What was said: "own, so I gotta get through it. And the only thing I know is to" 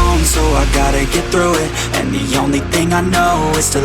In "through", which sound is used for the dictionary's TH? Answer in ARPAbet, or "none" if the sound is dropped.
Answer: TH